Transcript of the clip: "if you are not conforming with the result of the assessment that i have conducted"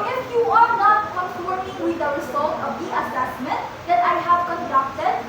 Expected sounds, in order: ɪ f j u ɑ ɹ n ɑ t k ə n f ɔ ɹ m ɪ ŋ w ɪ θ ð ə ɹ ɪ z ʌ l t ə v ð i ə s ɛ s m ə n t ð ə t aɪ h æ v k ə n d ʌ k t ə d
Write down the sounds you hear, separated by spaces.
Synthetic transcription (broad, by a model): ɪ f j u ɑ ɹ n ɑ t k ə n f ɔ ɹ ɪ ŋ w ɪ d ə w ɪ s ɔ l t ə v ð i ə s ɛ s m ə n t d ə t aɪ h æ v k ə n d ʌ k t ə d